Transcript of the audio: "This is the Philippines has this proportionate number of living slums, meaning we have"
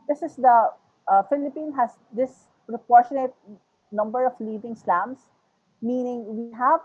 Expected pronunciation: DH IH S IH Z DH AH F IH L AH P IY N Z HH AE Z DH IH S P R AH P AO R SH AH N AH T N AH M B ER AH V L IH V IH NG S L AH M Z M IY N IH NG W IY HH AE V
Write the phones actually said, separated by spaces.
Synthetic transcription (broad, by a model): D IH S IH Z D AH F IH L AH P IY N HH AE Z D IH S P R AH P AO R SH AH N AH T N AH M B ER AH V L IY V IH NG S L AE M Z M IY N IH NG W IY HH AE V